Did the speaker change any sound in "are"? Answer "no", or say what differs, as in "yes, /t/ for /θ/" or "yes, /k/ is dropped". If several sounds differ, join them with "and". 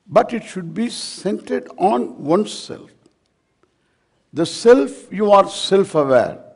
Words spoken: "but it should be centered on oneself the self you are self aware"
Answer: no